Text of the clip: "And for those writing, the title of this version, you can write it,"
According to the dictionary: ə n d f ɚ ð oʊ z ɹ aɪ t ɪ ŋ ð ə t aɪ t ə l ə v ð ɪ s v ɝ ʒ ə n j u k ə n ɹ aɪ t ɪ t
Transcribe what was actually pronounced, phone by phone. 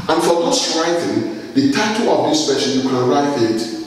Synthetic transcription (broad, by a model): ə n f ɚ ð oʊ s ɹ aɪ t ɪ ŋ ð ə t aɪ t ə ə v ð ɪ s p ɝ ʃ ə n j u k ə n ɹ aɪ t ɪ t